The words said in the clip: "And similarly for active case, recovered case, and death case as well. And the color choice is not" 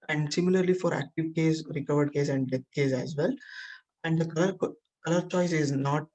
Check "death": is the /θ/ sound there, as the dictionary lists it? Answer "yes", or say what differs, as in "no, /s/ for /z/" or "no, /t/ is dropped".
no, /t/ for /θ/